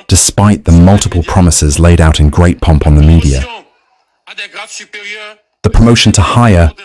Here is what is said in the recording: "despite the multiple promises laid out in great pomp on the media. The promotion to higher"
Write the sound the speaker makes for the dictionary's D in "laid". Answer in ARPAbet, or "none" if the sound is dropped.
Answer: D